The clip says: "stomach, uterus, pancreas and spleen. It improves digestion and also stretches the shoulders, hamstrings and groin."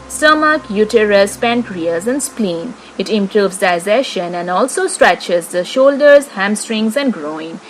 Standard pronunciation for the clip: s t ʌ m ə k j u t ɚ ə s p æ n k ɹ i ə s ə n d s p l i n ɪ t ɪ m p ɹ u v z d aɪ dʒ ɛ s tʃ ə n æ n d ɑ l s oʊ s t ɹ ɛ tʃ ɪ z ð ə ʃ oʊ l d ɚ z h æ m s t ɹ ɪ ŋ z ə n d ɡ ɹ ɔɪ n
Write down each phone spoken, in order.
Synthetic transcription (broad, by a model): s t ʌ m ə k j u t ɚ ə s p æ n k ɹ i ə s ə n d s p l i n ɪ t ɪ m p ɹ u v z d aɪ z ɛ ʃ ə n æ n d ɑ l s oʊ s t ɹ ɛ tʃ ɪ z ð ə ʃ oʊ l d ɚ z h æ m s t ɹ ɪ ŋ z ə n d ɡ ɹ ɔɪ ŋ